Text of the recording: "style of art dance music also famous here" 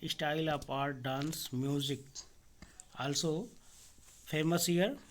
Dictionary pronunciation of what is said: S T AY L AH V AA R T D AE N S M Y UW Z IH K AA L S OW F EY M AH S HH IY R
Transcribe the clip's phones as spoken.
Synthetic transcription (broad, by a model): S T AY L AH P AA R T D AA N S M Y UW Z IH K AA L S OW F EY M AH S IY R